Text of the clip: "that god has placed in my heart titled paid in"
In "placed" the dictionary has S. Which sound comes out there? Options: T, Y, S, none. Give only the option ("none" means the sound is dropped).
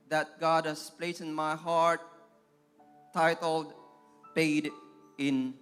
none